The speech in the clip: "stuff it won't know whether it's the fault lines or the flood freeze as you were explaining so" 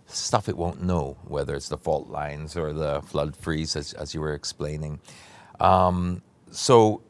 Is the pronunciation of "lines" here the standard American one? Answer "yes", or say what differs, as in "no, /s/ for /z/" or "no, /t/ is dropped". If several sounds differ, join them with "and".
yes